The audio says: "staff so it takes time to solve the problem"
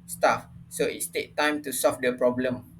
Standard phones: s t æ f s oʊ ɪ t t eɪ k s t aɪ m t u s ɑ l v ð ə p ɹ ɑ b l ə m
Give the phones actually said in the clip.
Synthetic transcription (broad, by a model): s t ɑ f s oʊ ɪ t t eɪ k t aɪ m t u s ɑ l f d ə p ɹ ɑ b l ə m